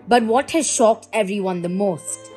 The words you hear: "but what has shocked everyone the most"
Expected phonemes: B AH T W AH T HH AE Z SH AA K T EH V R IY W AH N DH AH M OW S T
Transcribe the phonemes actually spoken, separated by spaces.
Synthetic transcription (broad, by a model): B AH T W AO T HH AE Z SH AA K T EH V R IY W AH N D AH M OW S T